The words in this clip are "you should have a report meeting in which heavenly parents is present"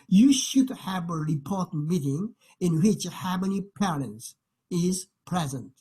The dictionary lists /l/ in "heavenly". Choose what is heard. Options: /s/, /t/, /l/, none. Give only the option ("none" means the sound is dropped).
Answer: none